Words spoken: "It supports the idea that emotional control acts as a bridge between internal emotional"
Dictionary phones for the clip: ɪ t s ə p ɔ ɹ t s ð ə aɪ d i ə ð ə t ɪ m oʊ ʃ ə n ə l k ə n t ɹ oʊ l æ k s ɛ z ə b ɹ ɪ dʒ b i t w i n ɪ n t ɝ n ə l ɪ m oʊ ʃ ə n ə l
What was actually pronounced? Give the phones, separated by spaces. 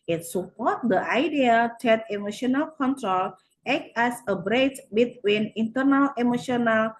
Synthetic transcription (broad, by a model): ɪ t s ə p ɔ ɹ t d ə aɪ d i ə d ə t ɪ m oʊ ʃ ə n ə l k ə n t ɹ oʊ l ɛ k ɛ s ə b ɹ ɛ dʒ b i t w i n ɪ n t ɝ n ə l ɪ m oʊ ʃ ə n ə l